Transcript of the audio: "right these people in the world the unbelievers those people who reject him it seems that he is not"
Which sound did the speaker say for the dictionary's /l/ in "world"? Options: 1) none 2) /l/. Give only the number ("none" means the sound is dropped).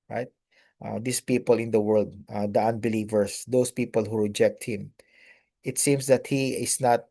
2